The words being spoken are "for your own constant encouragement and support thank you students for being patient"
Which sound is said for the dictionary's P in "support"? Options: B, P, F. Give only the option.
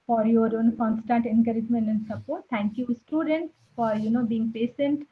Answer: B